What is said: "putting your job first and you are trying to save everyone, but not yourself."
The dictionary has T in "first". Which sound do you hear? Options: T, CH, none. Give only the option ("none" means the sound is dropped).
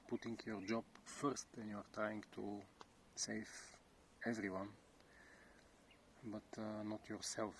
T